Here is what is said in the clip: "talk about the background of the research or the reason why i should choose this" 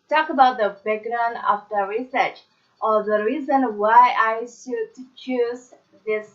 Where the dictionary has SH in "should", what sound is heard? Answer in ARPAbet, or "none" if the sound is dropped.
S